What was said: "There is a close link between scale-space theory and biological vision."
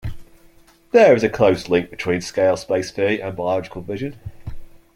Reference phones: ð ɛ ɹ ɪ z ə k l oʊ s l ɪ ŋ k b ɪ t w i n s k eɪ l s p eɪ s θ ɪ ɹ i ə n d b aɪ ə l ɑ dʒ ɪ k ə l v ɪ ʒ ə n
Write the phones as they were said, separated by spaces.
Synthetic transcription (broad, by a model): ð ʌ ɹ ɪ z ə k l oʊ s l ɪ ŋ k b ɪ t w i n s k eɪ l s p eɪ s f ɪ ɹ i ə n b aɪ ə ɑ dʒ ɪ k ə l v ɪ ʒ ə n